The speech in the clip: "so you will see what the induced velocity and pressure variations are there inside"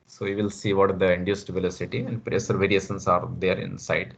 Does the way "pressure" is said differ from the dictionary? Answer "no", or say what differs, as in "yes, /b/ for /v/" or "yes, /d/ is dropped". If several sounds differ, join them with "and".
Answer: yes, /s/ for /ʃ/